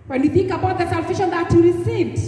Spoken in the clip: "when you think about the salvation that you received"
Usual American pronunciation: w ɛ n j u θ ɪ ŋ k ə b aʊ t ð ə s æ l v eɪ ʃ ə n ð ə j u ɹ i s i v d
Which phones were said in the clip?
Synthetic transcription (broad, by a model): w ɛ n j u θ ɪ ŋ k ə b aʊ t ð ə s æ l f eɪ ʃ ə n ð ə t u ɹ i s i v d